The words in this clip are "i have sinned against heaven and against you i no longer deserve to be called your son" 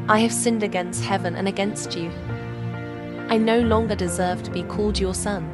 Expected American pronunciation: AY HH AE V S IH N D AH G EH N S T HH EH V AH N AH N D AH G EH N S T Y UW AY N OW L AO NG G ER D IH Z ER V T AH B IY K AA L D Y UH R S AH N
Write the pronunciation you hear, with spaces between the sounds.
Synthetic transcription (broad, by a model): AY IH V S IH N D AH G EH N S T HH EH V AH N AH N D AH G EH N S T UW AY N OW L AO NG G ER D IH Z ER V T AH B IY K AA L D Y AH R S AH N